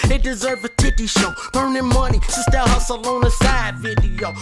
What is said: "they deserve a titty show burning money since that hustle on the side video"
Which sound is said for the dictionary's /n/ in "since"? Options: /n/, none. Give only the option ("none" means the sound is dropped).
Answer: none